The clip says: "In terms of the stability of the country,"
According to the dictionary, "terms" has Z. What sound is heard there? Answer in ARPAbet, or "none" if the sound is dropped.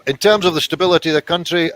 Z